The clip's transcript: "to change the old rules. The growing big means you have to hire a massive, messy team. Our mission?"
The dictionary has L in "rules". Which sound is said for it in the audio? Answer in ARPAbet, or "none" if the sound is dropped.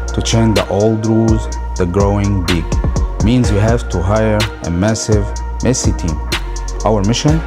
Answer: none